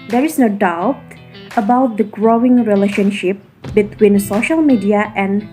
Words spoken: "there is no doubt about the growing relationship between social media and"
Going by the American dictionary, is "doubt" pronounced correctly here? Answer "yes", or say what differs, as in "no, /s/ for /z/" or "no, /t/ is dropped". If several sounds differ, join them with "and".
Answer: yes